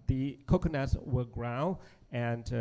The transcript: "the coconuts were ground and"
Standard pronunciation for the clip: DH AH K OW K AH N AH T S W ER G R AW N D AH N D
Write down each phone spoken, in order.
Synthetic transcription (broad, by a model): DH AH K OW K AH N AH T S W ER G R AW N AH N